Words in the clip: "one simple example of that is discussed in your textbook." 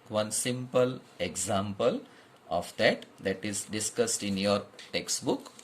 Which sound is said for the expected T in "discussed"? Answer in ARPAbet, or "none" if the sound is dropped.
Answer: T